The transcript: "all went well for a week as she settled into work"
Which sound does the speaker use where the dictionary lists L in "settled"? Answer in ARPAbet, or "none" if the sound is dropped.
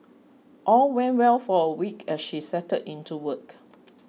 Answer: none